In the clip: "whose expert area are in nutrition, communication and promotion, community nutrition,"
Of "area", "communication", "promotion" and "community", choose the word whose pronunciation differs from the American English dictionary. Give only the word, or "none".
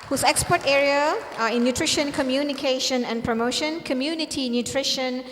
none